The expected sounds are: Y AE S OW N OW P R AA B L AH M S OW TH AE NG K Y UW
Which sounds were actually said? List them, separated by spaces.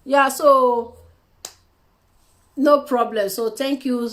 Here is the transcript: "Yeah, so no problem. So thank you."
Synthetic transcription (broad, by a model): Y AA S OW N OW P R AA B L AH M S OW T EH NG K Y UW